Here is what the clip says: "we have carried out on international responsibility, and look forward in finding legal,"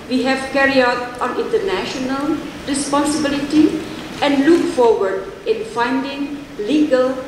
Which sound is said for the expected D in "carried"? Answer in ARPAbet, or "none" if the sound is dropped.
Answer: none